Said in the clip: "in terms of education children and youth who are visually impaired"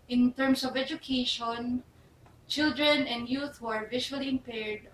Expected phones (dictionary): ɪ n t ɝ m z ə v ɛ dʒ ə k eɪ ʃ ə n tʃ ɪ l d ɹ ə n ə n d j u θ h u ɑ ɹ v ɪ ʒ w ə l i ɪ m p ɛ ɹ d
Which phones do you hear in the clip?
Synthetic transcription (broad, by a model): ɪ n t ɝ m s ə v ɛ dʒ ə k eɪ ʃ ə n tʃ ɪ l d ɹ ə n ə n d j u θ h u ɑ ɹ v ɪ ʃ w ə l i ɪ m p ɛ ɹ d